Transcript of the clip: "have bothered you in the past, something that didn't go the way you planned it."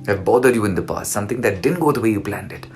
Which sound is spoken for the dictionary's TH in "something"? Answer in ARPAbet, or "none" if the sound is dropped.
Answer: T